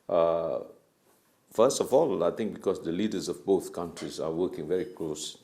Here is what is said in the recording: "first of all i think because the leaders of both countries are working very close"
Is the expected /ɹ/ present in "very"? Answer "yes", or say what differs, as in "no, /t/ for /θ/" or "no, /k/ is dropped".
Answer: yes